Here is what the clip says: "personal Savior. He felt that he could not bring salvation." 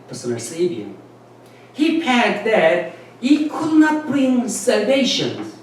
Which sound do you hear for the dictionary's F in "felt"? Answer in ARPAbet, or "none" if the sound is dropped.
P